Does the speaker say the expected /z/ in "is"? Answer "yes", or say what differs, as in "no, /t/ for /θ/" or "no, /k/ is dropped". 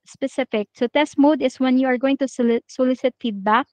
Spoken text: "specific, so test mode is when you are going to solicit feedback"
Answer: no, /s/ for /z/